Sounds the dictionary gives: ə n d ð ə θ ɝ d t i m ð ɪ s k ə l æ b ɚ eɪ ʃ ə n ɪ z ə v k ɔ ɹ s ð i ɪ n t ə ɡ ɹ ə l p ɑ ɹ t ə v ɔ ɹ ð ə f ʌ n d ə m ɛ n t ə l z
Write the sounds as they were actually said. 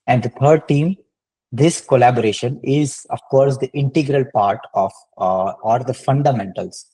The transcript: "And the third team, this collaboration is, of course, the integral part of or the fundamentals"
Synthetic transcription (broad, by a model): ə n d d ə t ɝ d t i m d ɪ s k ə l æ b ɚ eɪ ʃ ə n ɪ z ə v k ɔ ɹ s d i ɪ n t ə ɡ ɹ ə l p ɑ ɹ t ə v ɔ ɹ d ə f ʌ n d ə m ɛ n t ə l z